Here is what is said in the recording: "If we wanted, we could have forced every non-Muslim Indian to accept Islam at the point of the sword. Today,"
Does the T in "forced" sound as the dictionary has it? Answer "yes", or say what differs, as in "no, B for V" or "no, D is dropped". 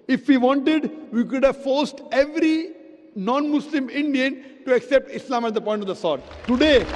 yes